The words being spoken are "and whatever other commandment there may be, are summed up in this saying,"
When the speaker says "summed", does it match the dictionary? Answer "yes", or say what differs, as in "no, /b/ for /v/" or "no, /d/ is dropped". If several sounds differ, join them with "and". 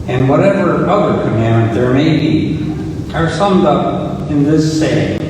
yes